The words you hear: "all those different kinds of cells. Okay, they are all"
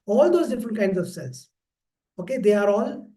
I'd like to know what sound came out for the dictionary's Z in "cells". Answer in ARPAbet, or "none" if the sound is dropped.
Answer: S